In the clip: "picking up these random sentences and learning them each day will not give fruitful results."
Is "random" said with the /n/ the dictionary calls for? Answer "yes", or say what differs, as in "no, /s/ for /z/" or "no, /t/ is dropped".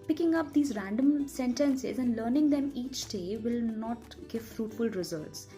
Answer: yes